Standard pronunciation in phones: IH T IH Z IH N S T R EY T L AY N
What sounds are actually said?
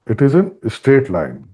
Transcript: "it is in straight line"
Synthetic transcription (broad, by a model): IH T IH Z IH N S T EY T L AY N